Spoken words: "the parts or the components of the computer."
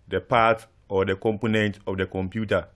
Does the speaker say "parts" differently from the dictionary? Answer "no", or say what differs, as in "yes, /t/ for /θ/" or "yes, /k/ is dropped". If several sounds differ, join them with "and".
yes, /s/ is dropped